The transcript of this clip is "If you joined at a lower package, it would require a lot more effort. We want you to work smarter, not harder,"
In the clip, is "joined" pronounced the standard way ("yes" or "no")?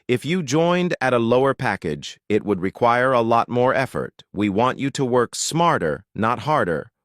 yes